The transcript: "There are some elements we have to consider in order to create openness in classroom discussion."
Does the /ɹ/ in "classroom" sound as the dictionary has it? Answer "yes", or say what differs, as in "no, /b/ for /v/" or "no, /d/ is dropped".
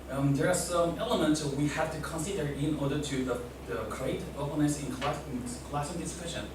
no, /ɹ/ is dropped